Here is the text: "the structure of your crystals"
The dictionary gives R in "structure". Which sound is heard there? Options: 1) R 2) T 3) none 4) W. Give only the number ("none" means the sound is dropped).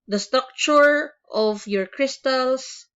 3